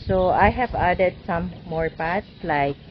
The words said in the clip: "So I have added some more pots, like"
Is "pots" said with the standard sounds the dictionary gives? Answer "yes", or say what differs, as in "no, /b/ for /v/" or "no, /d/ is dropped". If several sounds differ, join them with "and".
yes